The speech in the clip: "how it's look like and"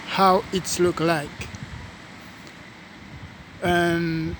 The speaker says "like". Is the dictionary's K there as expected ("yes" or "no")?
yes